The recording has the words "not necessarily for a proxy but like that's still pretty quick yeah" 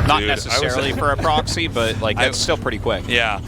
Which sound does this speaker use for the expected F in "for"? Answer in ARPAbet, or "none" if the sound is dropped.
F